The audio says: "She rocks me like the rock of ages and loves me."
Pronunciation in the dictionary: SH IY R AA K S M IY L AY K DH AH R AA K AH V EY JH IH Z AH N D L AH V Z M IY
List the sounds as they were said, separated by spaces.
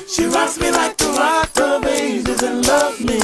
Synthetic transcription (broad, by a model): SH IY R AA S M IY L AY K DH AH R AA AH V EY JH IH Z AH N L AH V M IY